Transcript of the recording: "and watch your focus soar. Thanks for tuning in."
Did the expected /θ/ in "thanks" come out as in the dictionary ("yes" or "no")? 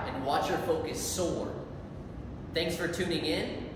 yes